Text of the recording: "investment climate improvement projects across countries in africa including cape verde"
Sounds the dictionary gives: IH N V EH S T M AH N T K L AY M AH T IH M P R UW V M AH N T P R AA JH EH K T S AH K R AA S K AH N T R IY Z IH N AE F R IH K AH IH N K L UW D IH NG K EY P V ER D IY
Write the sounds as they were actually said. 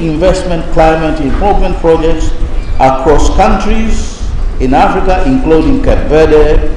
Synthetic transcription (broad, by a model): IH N V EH S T M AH N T K L AY M AH T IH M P UW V M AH N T P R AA JH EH K T S AH K R AA S K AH N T R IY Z IH N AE F R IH K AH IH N K L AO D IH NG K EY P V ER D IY